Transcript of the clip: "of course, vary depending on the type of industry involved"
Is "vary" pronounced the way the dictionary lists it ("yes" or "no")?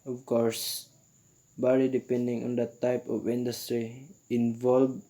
no